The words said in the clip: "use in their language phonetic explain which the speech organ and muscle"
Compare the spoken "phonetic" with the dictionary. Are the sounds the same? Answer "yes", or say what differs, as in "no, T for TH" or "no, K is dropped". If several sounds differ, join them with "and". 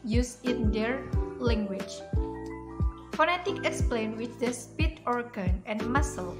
yes